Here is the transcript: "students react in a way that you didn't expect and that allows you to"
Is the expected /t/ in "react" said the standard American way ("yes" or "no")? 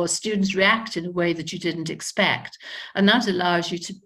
yes